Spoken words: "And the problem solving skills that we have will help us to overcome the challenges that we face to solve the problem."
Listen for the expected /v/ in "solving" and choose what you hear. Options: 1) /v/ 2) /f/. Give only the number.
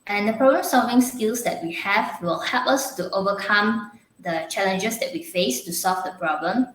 1